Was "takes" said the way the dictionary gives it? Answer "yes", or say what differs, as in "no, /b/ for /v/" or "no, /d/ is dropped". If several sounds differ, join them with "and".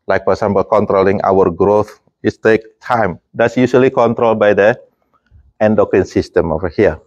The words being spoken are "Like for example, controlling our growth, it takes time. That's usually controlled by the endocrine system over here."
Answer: no, /s/ is dropped